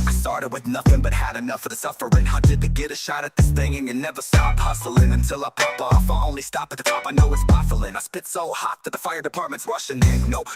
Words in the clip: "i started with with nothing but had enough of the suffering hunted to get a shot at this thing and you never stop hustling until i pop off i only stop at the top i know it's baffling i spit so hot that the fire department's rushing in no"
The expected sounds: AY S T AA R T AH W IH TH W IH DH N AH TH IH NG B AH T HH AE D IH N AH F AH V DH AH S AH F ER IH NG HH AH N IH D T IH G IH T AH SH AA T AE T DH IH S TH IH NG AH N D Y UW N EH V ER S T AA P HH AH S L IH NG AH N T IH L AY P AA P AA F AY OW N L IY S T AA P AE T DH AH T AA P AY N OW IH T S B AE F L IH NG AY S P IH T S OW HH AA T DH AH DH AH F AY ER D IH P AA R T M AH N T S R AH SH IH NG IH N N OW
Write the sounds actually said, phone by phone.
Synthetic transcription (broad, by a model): AY S T AA R T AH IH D W IH DH N AH TH IH NG B AH T HH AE D IH N AH F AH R DH AH S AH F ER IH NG HH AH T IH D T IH G IH T AH SH AA T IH T DH IH S TH IH NG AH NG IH N EH V ER S T AA P HH AH S L IH NG AH N T IH L AY P AA P AA F AY OW N L IY S T AA P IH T DH AH T AA P AY N OW IH T S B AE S L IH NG AY S P IH T S OW HH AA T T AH DH AH F AY ER D IH P AA R T M AH N T S R AH SH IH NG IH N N OW